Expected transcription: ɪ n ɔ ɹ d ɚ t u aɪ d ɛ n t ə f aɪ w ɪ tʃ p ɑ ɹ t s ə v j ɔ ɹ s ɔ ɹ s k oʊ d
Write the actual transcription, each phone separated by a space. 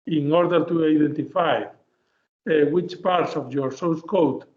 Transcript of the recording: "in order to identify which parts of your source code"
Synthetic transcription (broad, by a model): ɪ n ɔ ɹ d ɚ t u aɪ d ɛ n t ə f aɪ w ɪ tʃ p ɑ ɹ t s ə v j ɔ ɹ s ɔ w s k oʊ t